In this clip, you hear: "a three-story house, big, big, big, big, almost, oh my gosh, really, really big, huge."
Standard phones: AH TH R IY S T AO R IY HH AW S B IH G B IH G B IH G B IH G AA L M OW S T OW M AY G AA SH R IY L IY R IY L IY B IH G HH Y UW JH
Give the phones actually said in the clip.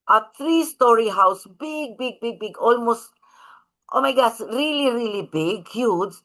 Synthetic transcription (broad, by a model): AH T R IY S T AO R IY HH AW S B IH G B IH G B IH G B IH G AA L M OW S T OW M AY G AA S R IY L IY R IY L IY B IH G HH Y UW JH